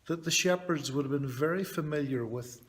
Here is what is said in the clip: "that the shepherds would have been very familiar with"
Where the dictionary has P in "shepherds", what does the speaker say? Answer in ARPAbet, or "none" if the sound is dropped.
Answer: P